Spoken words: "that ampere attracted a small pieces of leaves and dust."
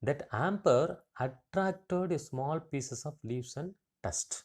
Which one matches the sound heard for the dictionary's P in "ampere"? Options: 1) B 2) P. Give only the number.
2